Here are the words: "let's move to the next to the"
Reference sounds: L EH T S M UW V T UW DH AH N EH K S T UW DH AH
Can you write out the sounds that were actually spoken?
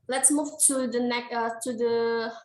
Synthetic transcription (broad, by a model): L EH T S M UW V T UW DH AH N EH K T UW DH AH